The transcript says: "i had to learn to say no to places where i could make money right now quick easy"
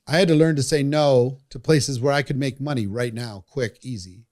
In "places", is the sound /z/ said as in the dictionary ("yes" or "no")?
yes